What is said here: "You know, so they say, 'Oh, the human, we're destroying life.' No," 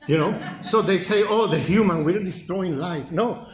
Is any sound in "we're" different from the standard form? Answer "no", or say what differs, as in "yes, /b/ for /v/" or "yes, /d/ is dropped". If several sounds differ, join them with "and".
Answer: yes, /l/ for /ɹ/